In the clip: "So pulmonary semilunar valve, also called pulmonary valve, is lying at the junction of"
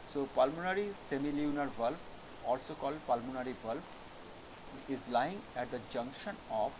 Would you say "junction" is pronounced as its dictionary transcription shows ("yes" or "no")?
yes